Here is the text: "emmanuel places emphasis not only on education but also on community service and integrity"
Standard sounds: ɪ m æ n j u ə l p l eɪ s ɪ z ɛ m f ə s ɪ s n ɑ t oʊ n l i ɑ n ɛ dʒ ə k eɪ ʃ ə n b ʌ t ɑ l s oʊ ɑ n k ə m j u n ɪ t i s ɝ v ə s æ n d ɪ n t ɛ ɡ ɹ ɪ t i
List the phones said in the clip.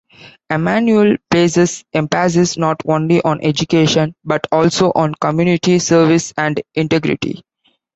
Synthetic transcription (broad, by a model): ɪ m æ n j u ə l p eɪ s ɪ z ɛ m p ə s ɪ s n ɑ t oʊ n l i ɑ n ɛ dʒ ə k eɪ ʃ ə n b ʌ t ɑ l s oʊ ɑ n k ə m j u n ɪ t i s ɝ v ə s æ n d ɪ n t ɛ ɡ ɹ ɪ t i